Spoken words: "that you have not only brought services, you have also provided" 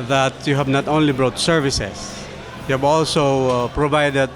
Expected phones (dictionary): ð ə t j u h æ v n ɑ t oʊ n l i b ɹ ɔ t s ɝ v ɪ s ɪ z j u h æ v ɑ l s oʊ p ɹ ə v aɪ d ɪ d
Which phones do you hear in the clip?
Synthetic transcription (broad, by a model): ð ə t j u h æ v n ɑ t oʊ n l i b ɹ ɔ t s ɝ v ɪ s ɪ s j u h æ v ɑ l s oʊ p ɹ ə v aɪ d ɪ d